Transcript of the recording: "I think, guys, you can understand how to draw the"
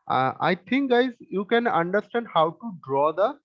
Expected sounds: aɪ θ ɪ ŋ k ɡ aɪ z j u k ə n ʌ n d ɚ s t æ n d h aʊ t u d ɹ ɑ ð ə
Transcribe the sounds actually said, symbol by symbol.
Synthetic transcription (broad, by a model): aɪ t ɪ ŋ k ɡ aɪ z j u k ə n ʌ n d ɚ s t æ n d h aʊ t u d ɹ ɑ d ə